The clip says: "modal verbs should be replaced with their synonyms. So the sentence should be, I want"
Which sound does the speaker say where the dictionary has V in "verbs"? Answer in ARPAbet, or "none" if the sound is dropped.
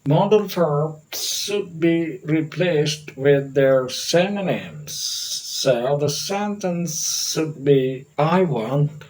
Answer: F